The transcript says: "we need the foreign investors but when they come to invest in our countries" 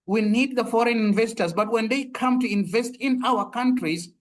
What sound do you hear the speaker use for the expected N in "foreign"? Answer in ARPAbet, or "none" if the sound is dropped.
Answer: N